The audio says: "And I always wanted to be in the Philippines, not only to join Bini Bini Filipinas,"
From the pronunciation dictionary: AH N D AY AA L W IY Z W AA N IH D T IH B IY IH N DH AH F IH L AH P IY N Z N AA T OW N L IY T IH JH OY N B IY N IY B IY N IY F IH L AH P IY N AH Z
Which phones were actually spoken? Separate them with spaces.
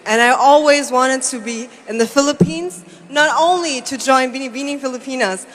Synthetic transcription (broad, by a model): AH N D AY AA L W IY Z W AA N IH D T IH B IY IH N DH AH F IH L AH P IY N Z N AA T OW N L IY T IH JH OY N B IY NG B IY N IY F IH L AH P IY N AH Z